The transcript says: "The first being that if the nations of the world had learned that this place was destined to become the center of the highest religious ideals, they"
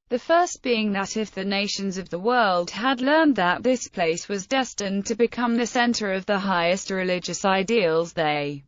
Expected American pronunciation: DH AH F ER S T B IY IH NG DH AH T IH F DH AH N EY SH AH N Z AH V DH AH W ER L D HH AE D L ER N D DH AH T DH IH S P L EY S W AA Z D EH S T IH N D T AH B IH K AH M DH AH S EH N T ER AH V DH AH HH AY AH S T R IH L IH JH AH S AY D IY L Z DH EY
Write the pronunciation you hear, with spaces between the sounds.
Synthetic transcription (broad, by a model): DH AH F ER S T B IY IH NG DH AH T IH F DH AH N EY SH AH N Z AH V DH AH W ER L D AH D L ER N DH AH T DH IH S P L EY S W AA Z D EH S T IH N T AH B IH K AH M DH AH S EH N T ER AH V DH AH HH AY AH S T R IH L IH JH AH S AY D IY L Z DH EY